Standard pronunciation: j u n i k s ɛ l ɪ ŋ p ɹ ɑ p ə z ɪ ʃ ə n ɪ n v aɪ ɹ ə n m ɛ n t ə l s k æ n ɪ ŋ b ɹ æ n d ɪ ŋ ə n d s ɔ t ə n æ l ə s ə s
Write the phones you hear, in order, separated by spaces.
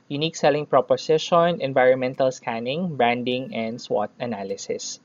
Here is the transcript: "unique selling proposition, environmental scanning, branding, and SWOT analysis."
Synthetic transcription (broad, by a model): j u n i k s ɛ l ɪ ŋ p ɹ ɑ p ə s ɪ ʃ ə n ɪ n v aɪ ɹ ə n m ɛ n t ə l s k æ n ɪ ŋ b ɹ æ n d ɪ ŋ ə n d s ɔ t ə n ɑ l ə s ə s